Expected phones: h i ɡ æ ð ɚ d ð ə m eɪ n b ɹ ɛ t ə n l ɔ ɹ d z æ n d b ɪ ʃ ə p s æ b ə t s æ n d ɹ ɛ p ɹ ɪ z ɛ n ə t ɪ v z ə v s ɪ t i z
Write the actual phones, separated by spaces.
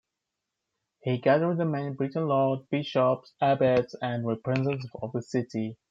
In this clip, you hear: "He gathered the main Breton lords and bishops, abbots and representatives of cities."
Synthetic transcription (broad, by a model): h i ɡ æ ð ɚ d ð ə m eɪ n b ɹ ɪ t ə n l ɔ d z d b ɪ ʃ ə p s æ b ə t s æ n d ɹ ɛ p ɹ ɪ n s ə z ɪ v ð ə s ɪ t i